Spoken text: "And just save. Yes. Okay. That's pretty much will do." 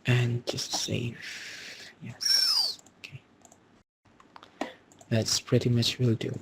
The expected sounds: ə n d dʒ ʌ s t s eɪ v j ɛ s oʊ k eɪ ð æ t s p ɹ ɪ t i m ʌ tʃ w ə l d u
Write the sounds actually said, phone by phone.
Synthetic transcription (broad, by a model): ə n dʒ ʌ s t s eɪ f j ɛ s oʊ k eɪ ð æ t s p ɹ ɪ t i m ʌ tʃ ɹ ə l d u